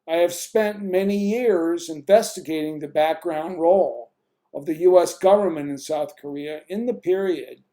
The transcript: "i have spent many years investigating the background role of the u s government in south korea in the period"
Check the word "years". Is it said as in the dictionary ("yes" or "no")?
yes